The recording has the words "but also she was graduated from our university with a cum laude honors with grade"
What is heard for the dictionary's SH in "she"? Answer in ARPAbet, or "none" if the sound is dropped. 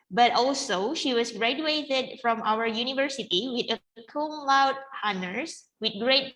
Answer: SH